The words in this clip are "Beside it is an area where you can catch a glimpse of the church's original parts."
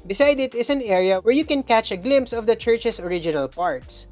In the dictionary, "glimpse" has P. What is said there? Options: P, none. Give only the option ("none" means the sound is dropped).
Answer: P